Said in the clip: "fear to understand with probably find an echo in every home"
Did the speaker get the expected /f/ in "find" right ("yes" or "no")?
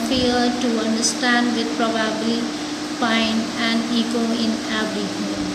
no